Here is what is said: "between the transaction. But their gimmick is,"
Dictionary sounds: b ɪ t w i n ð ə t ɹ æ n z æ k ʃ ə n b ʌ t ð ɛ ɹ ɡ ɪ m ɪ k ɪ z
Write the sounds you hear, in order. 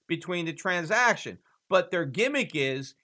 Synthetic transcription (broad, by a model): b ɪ t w i n ð ə t ɹ æ n z æ k ʃ ə n b ʌ t ð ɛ ɹ ɡ ɪ m ɪ k ɪ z